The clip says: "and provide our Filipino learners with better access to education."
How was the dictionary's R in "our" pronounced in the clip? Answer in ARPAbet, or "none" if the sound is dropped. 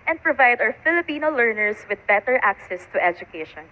W